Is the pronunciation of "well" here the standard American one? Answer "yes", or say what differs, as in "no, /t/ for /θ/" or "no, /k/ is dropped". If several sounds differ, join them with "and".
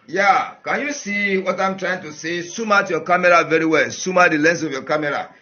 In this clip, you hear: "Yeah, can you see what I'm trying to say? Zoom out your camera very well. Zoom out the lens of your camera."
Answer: yes